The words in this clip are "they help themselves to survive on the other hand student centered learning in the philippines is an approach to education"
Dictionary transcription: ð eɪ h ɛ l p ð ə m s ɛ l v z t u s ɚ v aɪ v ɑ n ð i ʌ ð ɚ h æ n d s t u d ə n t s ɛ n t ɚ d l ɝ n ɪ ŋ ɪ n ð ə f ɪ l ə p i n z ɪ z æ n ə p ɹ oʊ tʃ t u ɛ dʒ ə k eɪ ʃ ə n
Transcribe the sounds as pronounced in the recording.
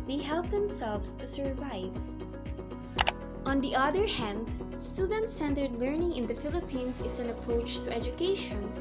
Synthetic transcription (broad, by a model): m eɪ h ɛ l p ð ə m s ɛ l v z t u s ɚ v aɪ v ɑ n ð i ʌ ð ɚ h æ n d s t u d ə n t s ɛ n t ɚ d l ɝ n ɪ ŋ ɪ n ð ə f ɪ l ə p i n s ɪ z æ n ə p ɹ oʊ tʃ t u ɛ dʒ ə k eɪ ʃ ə n